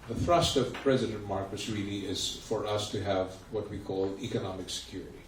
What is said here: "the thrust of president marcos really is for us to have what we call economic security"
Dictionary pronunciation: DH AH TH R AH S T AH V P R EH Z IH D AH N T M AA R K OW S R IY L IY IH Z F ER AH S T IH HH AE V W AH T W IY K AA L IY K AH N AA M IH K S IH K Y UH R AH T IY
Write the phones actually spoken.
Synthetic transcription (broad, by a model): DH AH TH R AH S T AH V P R EH Z IH D AH N T M AA R K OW S R IY L IY IH Z F ER AH S T IH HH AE V W AH T W IY K AA L IY K AH N AA M IH K S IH K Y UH R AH T IY